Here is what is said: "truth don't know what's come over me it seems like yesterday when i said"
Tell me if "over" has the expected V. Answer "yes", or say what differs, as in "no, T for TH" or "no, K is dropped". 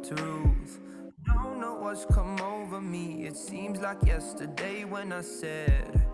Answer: yes